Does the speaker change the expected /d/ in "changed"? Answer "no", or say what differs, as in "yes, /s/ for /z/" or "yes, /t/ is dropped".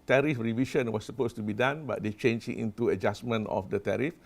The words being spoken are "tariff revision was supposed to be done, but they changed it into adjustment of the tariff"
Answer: yes, /d/ is dropped